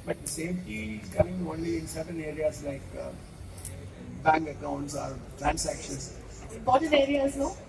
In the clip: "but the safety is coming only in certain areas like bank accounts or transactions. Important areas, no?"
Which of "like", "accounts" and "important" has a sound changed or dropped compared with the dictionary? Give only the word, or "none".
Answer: important